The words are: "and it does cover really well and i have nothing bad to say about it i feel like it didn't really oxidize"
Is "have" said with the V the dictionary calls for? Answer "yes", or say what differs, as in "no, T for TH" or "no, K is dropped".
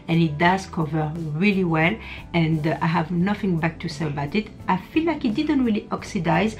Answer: yes